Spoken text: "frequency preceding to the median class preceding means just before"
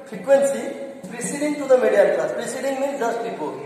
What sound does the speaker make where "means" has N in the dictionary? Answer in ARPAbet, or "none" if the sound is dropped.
none